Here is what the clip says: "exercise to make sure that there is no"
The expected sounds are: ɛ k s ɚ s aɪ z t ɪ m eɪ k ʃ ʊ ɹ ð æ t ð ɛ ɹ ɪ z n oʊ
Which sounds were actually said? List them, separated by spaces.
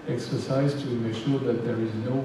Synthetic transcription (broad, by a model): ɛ k s ɚ s aɪ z t ɪ m eɪ k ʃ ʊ ɹ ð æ t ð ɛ ɹ ɪ z n oʊ